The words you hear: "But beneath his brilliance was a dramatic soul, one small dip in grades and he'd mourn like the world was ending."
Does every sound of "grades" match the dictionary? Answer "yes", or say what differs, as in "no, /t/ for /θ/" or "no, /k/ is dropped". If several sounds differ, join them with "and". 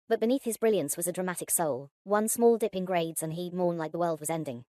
yes